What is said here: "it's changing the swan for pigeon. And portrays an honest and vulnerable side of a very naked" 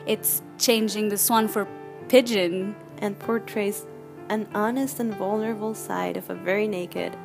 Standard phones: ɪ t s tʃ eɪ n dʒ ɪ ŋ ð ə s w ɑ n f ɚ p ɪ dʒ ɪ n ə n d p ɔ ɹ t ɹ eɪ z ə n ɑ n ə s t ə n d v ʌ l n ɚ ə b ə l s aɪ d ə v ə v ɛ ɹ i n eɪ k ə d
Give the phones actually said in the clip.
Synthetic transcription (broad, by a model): ɪ t s tʃ eɪ n dʒ ɪ ŋ ð ə s w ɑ n f ɚ p ɪ dʒ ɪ n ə n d p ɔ ɹ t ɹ eɪ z ə n ɑ n ə s t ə n v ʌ l n ɚ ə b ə l s aɪ d ə v ə v ɛ ɹ i n eɪ k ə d